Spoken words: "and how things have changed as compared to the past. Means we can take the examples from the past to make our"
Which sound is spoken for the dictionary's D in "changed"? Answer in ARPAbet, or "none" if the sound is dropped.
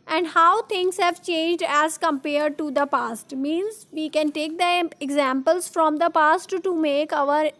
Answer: D